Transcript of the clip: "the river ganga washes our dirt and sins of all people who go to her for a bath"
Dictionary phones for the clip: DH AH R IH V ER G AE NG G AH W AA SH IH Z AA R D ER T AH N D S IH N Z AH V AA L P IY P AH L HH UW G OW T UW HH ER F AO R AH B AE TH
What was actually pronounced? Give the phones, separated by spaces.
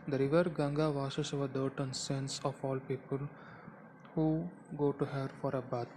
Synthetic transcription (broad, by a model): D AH R IH V ER G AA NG G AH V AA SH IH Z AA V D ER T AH N S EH N S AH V AA L P IY P AH L HH UW G OW T UW HH ER F AO R AH B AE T